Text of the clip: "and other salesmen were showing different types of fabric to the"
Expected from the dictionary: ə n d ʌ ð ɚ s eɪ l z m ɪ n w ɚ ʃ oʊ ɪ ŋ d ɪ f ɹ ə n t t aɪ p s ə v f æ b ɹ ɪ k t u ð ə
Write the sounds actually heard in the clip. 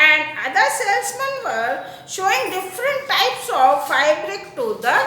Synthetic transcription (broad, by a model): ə n d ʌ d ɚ s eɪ l s m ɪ n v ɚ ʃ oʊ ɪ ŋ d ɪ f ɹ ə n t t aɪ p s ə v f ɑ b ɹ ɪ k t u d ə